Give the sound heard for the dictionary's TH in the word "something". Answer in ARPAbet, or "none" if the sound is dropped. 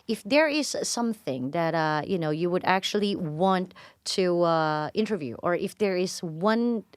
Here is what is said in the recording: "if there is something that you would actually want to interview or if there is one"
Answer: TH